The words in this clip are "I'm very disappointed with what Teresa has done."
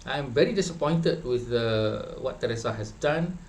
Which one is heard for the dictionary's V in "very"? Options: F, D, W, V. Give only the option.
V